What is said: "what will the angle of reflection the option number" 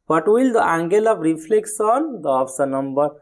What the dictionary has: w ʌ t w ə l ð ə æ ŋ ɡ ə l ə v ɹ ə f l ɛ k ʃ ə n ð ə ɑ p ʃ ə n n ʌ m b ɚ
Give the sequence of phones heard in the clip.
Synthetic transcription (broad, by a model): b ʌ t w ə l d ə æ ŋ ɡ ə l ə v ɹ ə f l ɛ k s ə n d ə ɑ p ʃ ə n n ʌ m b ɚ